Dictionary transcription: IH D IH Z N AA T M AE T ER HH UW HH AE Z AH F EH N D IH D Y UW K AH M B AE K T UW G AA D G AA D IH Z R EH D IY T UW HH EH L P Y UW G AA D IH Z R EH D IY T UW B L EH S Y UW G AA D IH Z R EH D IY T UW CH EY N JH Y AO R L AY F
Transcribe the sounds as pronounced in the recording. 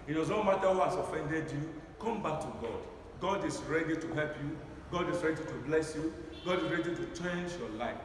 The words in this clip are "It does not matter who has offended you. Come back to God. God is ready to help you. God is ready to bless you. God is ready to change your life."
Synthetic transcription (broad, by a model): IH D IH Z N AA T M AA T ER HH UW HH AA S AH F EH N D IH D Y UW K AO M B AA K T UW G AA D G AA D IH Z R EH D IY T UW HH EH L P Y UW G AA D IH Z R EH D IY T UW B L EH S Y UW G AA D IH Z R EH D IY T UW CH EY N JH Y AO L AY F